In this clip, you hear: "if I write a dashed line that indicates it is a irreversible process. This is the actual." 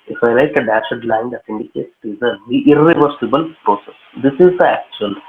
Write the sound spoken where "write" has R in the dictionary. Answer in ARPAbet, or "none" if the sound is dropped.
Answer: L